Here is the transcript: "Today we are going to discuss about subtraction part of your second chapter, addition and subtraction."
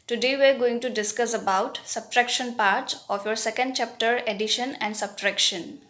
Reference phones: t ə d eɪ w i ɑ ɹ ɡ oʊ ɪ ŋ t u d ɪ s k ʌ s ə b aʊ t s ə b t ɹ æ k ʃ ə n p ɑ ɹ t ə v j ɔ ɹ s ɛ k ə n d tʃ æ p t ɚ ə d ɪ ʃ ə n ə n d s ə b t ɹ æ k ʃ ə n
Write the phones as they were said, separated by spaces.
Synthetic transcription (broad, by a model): t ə d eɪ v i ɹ ɡ oʊ ɪ ŋ t u d ɪ s k ʌ s ə b aʊ t s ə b t ɹ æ k ʃ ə n p ɑ ɹ t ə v j ɔ ɹ s ɛ k ə n d tʃ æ p t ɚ ə d ɪ ʃ ə n ə n d s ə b t ɹ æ k ʃ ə n